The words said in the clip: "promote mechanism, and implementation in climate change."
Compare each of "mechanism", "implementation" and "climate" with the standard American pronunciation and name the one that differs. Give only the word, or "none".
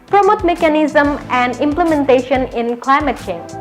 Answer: none